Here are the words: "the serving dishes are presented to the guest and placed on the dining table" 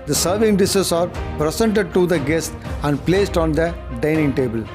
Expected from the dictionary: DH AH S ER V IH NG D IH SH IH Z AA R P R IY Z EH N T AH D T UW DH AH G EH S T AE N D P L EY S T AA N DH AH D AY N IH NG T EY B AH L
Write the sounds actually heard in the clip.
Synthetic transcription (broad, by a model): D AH S ER V IH NG D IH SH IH S AA R P R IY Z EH N T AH D T UW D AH G EH S T AE N D P L EY S T AA N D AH D AY N IH NG T EY B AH L